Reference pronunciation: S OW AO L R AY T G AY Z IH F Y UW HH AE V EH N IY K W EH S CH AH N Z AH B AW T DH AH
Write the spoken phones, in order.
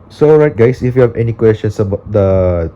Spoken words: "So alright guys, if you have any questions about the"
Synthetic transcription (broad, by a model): S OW AO R AY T G AY S IH F Y UW HH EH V EH N IY K W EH S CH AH N S AH B AW T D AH